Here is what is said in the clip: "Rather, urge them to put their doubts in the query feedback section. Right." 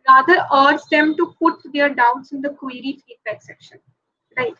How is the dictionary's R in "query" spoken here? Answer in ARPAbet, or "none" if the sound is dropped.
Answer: R